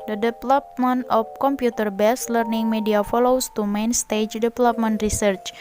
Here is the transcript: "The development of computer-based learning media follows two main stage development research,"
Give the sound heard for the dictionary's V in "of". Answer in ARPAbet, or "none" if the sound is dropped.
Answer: P